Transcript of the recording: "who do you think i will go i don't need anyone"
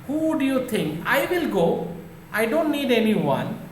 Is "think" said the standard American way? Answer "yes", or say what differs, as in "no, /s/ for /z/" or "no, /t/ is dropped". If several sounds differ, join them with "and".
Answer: no, /t/ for /θ/